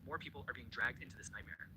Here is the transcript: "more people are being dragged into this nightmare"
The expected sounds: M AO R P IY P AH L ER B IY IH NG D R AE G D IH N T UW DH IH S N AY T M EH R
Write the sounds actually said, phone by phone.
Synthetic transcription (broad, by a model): M AO R P IY P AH L ER B IY IH NG D R AE G D IH N T UW DH IH S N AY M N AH R